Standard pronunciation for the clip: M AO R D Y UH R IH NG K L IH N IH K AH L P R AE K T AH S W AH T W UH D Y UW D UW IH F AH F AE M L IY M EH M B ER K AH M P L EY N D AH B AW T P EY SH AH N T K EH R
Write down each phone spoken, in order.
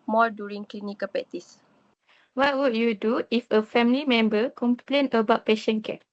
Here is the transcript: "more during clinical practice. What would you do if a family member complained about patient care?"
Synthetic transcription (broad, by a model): M AO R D Y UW R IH NG K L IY N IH K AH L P EH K T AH S W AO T W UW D Y UW D UW IH F AH F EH M L IY M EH M B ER K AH M P L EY N AH B AW T P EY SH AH N K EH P